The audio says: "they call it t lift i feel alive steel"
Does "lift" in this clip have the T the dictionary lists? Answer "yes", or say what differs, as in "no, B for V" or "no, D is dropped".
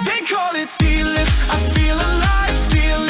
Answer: no, T is dropped